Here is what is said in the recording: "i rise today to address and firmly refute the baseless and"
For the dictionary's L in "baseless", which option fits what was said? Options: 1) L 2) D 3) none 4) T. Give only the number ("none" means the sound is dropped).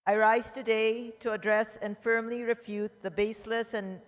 1